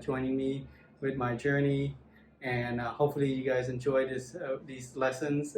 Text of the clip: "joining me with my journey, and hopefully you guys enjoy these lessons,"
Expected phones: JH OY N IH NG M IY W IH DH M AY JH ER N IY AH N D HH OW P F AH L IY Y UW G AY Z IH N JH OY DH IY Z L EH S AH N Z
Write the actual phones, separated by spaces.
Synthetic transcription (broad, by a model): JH OY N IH NG M IY W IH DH M AY JH ER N IY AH N HH OW P F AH L IY Y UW G AY Z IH N JH OY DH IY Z L EH S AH N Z